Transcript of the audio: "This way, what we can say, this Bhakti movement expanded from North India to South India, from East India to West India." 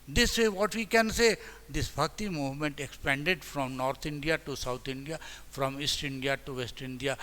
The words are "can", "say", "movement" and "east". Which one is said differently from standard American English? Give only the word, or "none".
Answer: none